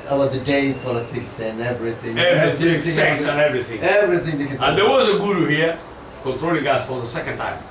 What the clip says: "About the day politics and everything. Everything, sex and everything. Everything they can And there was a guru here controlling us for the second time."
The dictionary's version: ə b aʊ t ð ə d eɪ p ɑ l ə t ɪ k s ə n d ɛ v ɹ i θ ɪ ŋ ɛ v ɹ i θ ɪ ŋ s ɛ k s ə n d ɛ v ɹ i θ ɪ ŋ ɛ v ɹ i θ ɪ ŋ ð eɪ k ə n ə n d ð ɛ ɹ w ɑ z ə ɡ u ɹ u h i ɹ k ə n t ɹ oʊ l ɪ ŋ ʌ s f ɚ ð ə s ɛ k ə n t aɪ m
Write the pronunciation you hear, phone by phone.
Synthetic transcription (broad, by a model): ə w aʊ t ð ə d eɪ p ɑ l ə t ɪ k s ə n ɛ v ɹ i θ ɪ ŋ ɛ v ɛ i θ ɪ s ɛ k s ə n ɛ v ɹ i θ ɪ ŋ ɛ v ɹ i θ ɪ ŋ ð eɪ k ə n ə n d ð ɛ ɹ w ɑ z ə ɡ u ɹ u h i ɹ k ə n t ɹ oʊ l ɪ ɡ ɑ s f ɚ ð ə s ɛ k ə n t aɪ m